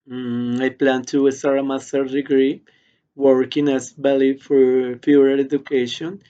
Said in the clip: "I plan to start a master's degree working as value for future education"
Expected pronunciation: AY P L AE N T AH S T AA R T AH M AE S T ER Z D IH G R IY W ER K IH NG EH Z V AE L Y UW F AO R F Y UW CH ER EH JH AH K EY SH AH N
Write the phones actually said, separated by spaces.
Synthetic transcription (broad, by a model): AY P L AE N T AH S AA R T AH M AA S T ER D IH G R IY W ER K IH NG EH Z B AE L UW F AO R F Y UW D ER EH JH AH K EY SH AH N